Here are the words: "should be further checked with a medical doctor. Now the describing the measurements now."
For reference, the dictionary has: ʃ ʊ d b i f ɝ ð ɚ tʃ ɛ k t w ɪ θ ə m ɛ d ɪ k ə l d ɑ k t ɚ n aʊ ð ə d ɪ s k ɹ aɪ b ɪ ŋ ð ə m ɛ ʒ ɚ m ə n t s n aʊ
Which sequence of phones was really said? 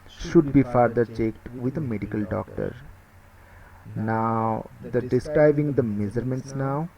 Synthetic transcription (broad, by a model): ʃ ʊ d b i f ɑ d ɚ tʃ ɛ k t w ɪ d ə m ɛ d ɪ k ə l d ɑ k t ɚ n aʊ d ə d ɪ s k ɹ aɪ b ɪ ŋ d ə m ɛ z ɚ m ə n t s n aʊ